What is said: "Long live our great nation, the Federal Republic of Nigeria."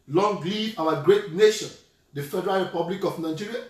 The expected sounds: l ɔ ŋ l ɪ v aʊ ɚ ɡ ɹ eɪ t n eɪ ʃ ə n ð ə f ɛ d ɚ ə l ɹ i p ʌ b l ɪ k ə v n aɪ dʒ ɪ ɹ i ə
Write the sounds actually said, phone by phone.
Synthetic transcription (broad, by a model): l ɔ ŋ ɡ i aʊ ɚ ɡ ɹ eɪ t n eɪ ʃ ə n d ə f ɛ d ɚ ə l ɹ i p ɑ b l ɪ k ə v n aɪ dʒ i ɹ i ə